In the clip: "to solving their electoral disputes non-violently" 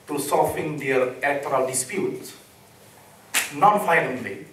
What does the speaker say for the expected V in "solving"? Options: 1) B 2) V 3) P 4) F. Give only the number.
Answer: 4